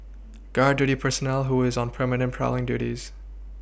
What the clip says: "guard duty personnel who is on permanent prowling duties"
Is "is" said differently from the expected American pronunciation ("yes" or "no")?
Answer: no